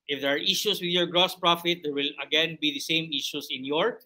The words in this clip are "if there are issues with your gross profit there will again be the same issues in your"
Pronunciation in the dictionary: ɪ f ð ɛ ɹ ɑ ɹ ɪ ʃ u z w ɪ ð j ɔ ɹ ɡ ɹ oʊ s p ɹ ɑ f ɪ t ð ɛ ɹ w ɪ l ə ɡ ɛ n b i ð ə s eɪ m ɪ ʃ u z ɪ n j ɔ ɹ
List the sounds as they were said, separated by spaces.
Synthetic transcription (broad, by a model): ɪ f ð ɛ ɹ ɑ ɹ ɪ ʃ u s w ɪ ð j ɔ ɹ ɡ ɹ oʊ s p ɹ ɑ f ɪ t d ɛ ɹ w ɪ l ə ɡ ɛ n b i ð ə s eɪ m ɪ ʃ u s ɪ n j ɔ ɹ